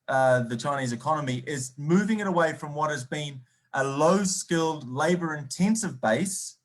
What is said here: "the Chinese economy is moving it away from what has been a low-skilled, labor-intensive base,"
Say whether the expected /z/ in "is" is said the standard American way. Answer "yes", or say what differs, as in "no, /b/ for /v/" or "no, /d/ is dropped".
yes